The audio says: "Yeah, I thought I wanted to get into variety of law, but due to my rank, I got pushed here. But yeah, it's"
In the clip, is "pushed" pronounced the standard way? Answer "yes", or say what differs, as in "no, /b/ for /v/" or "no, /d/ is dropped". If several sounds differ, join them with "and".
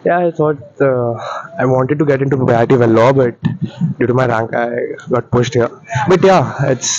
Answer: no, /s/ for /ʃ/